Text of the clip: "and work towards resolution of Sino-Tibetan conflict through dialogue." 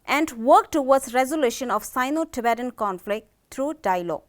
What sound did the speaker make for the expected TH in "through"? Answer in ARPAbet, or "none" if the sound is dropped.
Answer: T